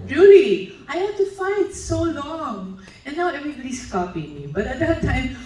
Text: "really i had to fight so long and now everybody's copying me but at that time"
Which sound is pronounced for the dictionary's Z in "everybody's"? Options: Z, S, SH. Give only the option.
S